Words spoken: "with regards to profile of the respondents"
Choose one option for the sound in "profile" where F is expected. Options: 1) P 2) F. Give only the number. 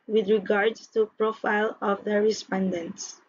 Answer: 2